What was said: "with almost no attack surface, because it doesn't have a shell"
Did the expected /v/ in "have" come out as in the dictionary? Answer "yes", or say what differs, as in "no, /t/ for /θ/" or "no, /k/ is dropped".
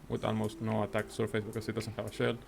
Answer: yes